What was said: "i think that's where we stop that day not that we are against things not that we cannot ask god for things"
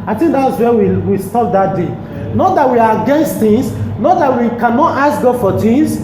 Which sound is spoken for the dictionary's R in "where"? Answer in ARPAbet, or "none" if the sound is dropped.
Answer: W